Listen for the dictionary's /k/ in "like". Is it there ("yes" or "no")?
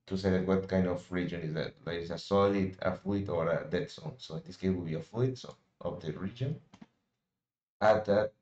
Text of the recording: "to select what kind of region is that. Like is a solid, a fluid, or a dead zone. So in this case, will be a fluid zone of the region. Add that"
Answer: no